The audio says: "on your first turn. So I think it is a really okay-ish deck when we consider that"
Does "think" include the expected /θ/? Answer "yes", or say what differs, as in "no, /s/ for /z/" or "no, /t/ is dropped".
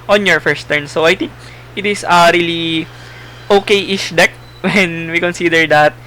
no, /t/ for /θ/